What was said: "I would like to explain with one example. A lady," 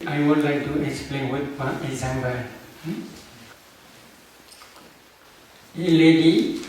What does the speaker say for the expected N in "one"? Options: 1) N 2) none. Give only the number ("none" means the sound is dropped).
2